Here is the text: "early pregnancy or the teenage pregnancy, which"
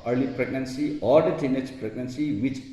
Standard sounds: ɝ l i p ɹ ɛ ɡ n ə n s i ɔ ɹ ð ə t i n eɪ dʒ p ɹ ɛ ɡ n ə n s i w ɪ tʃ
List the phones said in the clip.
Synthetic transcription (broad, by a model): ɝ l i p ɹ ɛ ɡ n ə n s i ɔ ɹ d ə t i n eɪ tʃ p ɹ ɛ ɡ n ə n s i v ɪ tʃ